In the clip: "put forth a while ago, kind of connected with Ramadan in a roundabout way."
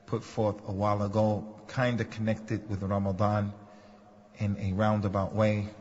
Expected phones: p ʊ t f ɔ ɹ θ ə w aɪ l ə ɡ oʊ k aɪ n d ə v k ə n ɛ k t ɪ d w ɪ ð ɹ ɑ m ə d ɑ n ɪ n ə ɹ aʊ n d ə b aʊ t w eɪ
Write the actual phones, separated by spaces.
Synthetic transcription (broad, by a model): p ʊ t f ɔ ɹ θ ə w aɪ l ə ɡ oʊ k aɪ n d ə k ə n ɛ k t ɪ d w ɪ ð ɹ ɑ m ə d ɑ n ɪ n ə ɹ aʊ n d ə b aʊ t w eɪ